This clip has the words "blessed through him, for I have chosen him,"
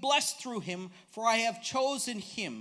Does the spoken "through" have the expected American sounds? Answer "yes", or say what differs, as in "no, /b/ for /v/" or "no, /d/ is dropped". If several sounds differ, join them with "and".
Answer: yes